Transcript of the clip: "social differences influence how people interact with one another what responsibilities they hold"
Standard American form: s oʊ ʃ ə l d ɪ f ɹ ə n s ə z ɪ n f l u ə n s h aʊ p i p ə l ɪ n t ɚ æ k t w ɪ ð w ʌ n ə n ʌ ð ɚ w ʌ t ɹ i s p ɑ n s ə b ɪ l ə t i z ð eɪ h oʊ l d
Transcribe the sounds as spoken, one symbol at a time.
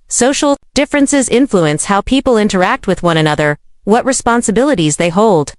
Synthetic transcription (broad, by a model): s oʊ ʃ l d ɪ f ɹ ə n s ə z ɪ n f l u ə n s h aʊ p i p l ɪ n t ɚ æ k t w ɪ ð w ʌ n ə n ʌ ð ɚ w ʌ t ɹ i s p ɑ n s ə b ɪ l ə t i z ð eɪ h oʊ l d